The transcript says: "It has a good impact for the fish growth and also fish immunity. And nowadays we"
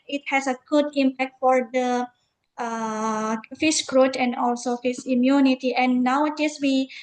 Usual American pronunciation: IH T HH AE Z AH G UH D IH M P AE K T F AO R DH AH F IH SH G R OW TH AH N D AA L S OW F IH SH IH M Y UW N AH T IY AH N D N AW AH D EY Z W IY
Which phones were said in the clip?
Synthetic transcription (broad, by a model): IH T HH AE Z AH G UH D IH M P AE K T F AO R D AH F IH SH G R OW T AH N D AA L S OW F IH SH IH M Y UW N AH T IY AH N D N AW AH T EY S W IY